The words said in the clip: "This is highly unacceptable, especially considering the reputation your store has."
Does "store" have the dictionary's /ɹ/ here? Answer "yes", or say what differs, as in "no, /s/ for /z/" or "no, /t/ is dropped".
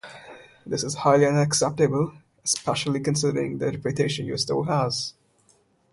no, /l/ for /ɹ/